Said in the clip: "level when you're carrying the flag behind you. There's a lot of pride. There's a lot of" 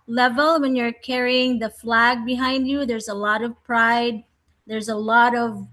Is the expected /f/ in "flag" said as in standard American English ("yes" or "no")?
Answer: yes